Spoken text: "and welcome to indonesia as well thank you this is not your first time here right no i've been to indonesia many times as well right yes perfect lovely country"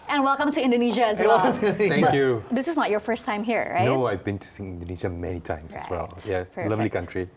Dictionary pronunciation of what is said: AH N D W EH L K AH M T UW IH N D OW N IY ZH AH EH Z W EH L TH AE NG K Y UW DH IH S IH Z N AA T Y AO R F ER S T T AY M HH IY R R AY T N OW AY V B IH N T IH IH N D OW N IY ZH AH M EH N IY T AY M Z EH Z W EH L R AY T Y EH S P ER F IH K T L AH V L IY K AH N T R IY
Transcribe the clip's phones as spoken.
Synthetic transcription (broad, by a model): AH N W EH L K AH M T UW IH N D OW N IY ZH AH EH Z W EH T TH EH K Y UW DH IH S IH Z N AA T Y AO R F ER S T T AY M HH IY R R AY N OW AY V B IH N T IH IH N D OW N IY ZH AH M EH N IY T AY M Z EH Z W EH L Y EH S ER L AH V L IY K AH N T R IY